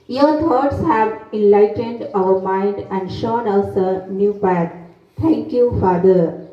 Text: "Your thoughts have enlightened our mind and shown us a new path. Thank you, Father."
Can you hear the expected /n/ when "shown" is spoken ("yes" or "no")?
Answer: yes